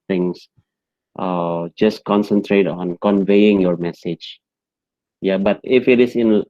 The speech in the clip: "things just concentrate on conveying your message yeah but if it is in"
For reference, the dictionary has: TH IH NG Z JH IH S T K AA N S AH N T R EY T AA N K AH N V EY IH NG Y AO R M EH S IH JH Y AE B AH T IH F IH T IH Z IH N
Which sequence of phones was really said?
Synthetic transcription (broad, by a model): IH NG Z JH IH S K AA N S AH N T R EY T AA N K AH N V EY IH NG Y AO R M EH S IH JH Y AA B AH T IH F IH T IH S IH N